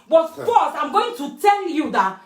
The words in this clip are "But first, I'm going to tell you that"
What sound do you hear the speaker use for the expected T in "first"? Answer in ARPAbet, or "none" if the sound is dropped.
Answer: none